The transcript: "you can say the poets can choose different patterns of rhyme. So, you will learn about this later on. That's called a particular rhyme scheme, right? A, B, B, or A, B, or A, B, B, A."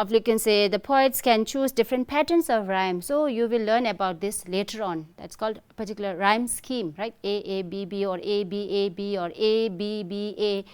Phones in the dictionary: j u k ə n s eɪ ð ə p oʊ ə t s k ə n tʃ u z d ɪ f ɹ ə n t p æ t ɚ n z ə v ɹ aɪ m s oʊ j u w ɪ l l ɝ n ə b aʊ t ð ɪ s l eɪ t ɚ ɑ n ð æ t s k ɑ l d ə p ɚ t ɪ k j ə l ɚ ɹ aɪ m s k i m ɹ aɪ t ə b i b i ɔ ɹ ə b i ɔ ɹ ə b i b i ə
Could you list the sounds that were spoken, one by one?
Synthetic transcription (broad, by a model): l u k ə n s eɪ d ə p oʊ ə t s k ə n tʃ u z d ɪ f ɹ ə n t p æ t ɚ n s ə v ɹ aɪ m s oʊ j u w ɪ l l ɝ n ə b aʊ t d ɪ s l eɪ t ɚ ɑ n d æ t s k ɑ l d p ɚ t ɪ k j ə l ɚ ɹ aɪ m s k i m ɹ aɪ t ə b i b i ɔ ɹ ə b i ɔ ɹ ə b i b i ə